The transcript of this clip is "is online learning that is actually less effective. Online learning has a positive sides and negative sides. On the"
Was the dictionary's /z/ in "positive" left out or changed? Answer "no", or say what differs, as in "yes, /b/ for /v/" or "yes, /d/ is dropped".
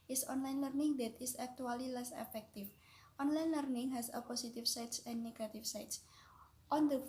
yes, /s/ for /z/